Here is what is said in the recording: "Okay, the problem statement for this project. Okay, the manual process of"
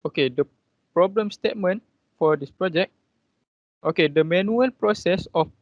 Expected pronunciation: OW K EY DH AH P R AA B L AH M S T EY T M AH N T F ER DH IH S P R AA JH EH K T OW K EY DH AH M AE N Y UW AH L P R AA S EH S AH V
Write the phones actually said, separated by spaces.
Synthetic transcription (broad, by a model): OW K EY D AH P R AA B L AH M S T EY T M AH N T F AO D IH S P R AA JH EH K T OW K EY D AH M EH N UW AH L P R AA S EH S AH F